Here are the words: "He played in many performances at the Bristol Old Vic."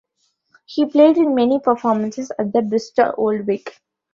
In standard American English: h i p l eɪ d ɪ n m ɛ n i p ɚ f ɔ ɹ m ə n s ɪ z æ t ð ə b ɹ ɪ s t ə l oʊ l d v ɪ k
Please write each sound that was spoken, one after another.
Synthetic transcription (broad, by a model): h i p l eɪ d ɪ n m ɛ n i p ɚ f ɔ ɹ m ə n s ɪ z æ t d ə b ɪ s t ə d oʊ l d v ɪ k